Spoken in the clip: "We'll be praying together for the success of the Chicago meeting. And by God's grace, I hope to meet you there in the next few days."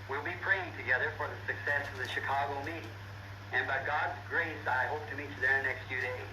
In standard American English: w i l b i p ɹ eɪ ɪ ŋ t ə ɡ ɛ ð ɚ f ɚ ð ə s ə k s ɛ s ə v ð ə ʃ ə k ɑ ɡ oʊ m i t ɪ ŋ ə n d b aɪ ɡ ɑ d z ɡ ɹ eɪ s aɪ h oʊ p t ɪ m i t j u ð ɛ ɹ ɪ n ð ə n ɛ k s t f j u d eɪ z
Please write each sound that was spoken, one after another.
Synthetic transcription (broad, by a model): w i l b i p ɹ eɪ ɪ ŋ t ə ɡ ɛ ð ɚ f ɚ ð ə s ə k s ɛ s ə v ð ə ʃ ə k ɑ ɡ oʊ m i t ɪ ŋ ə n b aɪ ɡ ɑ d z ɡ ɹ eɪ s aɪ h oʊ p t ɪ m i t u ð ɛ ɹ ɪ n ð n ɛ k s t f j u d eɪ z